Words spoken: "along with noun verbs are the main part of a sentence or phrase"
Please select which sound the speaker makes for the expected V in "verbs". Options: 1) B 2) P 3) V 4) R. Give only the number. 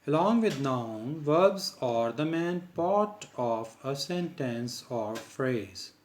3